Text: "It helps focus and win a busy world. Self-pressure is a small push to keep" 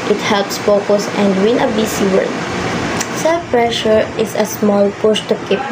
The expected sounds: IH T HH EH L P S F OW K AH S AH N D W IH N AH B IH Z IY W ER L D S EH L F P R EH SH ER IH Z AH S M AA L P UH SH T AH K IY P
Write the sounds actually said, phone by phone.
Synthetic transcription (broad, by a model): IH T HH EH L P S F OW K AH S AH N D W IH N AH B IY S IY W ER D S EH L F P R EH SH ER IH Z AH S M AA L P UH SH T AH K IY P